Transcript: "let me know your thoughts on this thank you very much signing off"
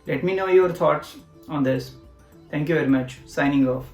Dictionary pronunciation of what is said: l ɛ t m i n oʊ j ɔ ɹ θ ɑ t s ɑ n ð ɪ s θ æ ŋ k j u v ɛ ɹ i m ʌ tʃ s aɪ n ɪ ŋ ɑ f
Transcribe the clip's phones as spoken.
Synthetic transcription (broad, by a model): l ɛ t m i n oʊ j ɔ ɹ t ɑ t s ɑ n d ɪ s t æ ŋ k j u v ɛ ɹ i m ʌ tʃ s aɪ n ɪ ŋ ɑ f